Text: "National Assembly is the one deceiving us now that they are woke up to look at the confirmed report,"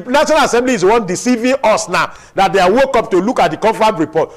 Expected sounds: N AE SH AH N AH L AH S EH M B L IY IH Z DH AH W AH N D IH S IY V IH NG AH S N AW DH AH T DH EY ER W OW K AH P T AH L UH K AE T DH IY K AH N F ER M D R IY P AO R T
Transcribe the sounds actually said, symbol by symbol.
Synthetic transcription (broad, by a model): N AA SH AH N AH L AH S EH M B L IY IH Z W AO N D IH S IY V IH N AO S N AW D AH T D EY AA W OW K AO P T AH L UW K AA T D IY K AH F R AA D R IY P AO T